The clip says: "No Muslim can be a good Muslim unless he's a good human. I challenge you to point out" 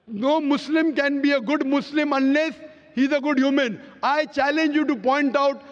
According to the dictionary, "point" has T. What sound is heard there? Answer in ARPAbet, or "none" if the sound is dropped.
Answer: T